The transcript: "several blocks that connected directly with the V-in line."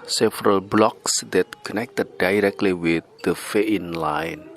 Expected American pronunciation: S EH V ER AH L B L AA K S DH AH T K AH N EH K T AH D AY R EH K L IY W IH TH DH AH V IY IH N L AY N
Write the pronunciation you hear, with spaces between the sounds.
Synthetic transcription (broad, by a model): S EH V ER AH L B L AA K S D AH T K AH N EH K T AH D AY R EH K L IY W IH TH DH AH F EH IH N L AY N